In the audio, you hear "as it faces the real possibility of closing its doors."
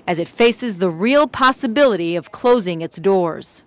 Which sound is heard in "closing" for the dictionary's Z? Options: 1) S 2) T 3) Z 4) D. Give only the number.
3